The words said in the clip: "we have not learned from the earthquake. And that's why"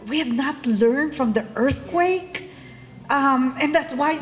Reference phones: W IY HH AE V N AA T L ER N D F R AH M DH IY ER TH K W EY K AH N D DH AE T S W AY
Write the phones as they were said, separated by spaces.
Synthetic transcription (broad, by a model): W IY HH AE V N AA T L ER N D F R AH M DH IY ER TH K W EY K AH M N DH AE T S W AY